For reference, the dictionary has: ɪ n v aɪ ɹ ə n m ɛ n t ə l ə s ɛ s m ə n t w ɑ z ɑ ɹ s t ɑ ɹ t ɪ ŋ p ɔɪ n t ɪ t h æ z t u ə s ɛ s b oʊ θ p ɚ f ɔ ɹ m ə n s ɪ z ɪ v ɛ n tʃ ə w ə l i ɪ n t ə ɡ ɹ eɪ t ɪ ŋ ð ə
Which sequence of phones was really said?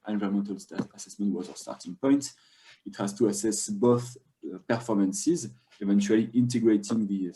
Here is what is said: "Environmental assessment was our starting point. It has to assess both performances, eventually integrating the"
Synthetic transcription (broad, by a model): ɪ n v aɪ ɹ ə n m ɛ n t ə l ə s ɛ s m ə n t w ɑ z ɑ s t ɑ ɹ t ɪ ŋ p ɔɪ n t ɪ t h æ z t u ə s ɛ s b oʊ θ p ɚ f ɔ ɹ m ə n s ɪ z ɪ v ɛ n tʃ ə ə l i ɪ n t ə ɡ ɹ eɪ t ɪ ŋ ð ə